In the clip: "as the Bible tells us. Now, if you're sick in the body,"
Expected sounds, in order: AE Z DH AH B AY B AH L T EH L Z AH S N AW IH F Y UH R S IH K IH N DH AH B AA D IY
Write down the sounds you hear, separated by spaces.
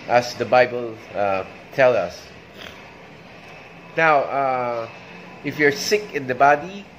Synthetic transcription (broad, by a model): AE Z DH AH B AY B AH L T EH L AH S N AW IH F Y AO R S IH K IH N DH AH B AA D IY